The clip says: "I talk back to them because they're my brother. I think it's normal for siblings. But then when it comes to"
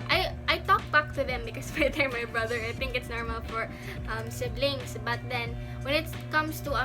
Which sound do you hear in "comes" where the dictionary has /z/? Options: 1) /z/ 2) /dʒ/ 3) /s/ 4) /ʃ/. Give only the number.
3